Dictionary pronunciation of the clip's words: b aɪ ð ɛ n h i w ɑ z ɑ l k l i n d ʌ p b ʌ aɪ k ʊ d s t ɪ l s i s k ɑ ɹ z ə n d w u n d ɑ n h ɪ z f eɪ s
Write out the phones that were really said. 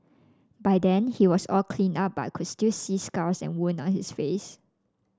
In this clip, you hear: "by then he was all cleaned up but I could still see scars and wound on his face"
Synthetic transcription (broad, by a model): b aɪ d ɛ n h i w ɑ s ɑ l k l i n ɑ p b aɪ k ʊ s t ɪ s i s k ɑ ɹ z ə n w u n ɑ n h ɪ s f eɪ s